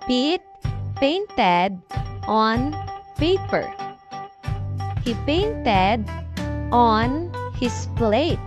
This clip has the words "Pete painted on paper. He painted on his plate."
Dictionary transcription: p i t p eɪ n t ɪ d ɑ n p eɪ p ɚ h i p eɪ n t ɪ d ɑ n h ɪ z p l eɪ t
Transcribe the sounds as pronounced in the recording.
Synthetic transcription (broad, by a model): p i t p eɪ n t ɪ d ɑ n p eɪ p ɚ h i p eɪ n t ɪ d ɑ n h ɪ s p l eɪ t